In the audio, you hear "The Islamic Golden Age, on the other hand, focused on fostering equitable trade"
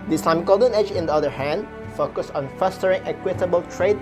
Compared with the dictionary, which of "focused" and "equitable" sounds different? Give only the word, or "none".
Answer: focused